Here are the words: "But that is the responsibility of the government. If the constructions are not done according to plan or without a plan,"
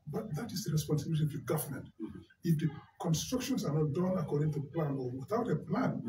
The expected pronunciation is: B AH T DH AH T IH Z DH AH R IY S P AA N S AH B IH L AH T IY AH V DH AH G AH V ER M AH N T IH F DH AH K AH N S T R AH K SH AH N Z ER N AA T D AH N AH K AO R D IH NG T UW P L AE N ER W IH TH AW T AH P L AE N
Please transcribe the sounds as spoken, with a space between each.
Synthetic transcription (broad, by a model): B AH T DH AH T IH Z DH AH R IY S P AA N S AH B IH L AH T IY AH V DH AH G AH V ER M AH N T IH F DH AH K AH N S T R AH K SH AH N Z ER N AA T D AH N AH K AO R D IH NG T UW P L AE N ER W IH TH AW T AH P L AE N